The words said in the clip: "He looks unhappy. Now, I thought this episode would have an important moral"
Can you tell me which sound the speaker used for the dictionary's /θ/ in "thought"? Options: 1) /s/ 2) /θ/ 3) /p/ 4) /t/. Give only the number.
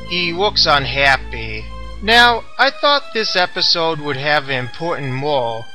2